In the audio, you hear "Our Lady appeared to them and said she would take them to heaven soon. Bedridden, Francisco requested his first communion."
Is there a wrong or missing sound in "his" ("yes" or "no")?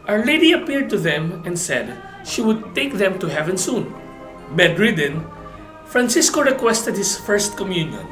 yes